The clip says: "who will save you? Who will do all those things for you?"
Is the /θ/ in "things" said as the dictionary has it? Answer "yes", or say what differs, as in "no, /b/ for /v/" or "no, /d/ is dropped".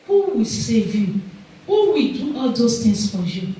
no, /t/ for /θ/